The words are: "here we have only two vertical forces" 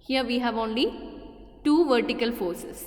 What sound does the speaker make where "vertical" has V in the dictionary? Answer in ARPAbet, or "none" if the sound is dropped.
V